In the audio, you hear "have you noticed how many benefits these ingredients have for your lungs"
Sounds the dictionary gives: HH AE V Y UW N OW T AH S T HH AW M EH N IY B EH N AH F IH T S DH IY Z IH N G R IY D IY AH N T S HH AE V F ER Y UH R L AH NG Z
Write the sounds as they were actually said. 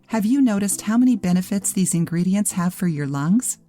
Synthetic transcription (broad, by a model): HH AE V Y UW N OW T AH S T HH AW M EH N IY B EH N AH F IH T S DH IY Z IH N G R IY D IY AH N T S HH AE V F ER Y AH R L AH NG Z